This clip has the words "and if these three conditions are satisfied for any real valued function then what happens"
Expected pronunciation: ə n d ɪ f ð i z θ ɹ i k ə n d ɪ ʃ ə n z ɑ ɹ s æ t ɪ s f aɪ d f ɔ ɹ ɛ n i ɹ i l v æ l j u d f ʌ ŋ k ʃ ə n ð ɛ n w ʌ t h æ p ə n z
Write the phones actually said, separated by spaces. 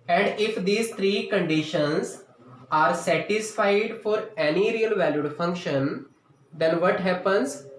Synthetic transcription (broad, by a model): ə n d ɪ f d i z t ɹ i k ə n d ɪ ʃ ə n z ɑ ɹ s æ t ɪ s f aɪ d f ɔ ɹ ɛ n i ɹ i l v æ l j u d f ʌ ŋ k ʃ ə n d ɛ n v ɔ t h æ p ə n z